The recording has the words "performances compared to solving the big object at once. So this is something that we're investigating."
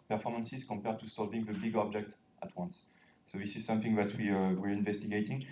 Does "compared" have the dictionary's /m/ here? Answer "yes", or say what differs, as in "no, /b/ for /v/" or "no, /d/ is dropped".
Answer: yes